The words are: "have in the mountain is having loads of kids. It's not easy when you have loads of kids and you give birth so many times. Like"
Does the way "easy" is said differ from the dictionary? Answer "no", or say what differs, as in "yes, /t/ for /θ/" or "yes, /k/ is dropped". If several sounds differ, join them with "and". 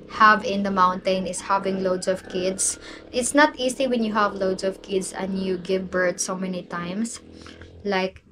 yes, /s/ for /z/